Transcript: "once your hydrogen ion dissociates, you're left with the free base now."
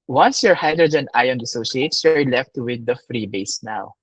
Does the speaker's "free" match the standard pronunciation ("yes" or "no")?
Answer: yes